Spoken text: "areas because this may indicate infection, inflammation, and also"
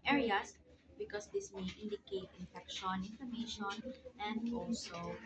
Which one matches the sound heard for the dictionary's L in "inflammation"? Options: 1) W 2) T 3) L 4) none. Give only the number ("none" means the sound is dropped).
4